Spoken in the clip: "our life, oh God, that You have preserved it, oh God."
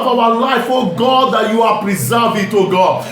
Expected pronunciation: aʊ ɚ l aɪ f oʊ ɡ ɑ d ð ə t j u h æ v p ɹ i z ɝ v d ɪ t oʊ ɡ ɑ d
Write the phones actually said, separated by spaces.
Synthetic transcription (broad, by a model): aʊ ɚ l aɪ f oʊ ɡ ɑ d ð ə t j u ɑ p ɹ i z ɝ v ɪ t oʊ ɡ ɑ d